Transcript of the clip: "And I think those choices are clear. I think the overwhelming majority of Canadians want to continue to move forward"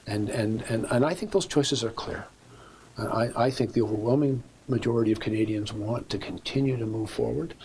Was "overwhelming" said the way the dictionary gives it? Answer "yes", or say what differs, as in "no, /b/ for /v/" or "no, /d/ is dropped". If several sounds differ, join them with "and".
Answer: yes